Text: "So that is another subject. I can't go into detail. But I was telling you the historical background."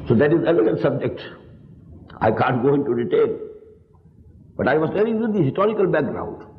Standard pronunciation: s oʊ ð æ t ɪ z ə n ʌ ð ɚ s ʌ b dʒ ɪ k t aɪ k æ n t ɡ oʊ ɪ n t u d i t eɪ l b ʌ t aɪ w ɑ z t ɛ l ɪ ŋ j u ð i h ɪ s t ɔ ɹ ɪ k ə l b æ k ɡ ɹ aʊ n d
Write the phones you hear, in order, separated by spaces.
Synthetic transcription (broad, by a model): s oʊ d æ t ɪ z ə l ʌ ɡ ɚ s ʌ b dʒ ɪ k t aɪ k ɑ n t ɡ oʊ ɪ n t u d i t eɪ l b ʌ t aɪ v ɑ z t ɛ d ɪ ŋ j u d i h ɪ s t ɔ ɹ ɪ k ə l b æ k ɡ ɹ aʊ n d